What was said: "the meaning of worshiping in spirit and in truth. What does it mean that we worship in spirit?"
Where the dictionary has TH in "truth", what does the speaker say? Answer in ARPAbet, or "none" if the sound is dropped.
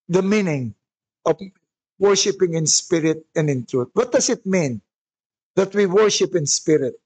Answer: T